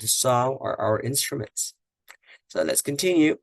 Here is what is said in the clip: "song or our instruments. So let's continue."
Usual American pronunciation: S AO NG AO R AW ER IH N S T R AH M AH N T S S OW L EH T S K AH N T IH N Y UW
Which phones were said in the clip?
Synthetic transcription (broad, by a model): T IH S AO L AW ER IH N S T R AH M AH N T S S OW L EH T S K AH N T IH N Y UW